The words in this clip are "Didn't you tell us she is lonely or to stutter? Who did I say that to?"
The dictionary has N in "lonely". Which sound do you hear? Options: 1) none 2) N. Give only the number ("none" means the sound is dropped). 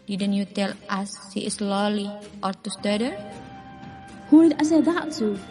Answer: 1